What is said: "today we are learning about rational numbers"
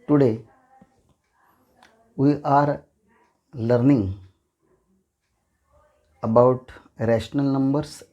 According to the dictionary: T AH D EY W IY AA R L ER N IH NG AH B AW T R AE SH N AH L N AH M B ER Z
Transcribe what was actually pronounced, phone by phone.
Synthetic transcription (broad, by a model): T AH D EY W IY AA R L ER N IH NG AH B AW T R AE SH N AH L N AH M B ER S